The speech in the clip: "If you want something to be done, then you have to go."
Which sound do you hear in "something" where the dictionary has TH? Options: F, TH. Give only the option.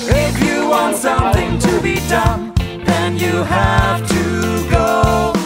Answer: TH